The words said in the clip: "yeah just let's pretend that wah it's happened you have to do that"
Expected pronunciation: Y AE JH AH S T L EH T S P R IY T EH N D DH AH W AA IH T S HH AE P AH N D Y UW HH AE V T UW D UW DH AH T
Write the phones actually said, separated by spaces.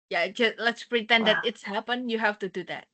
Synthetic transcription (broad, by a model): Y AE JH AH S T L EH T S P R IY T EH N D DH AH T IH T S HH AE P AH N Y UW HH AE F T UW D UW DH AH T